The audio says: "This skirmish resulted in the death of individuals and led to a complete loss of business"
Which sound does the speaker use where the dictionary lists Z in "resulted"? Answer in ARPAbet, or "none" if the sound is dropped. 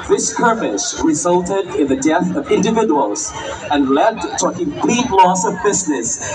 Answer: Z